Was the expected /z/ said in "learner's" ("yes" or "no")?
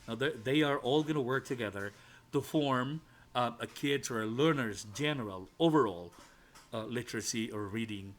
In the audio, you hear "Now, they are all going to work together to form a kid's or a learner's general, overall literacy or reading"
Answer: yes